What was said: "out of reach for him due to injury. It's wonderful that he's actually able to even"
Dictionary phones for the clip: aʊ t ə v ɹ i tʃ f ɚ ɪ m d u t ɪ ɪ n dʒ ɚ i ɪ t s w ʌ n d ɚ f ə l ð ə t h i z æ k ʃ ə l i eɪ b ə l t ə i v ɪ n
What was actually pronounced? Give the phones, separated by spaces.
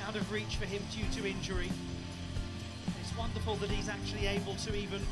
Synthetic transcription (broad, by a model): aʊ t ə v ɹ i tʃ f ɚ ɪ m d u t ɪ ɪ n dʒ ɚ i ɪ t s w ʌ n d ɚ f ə l ð ə t h i z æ k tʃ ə l i eɪ b ə l t ə i v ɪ n